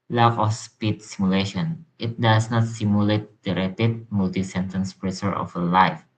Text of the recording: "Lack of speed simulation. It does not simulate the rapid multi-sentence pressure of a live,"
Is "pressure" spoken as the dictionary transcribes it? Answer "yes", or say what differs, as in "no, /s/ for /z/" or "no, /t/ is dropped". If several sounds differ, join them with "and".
no, /s/ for /ʃ/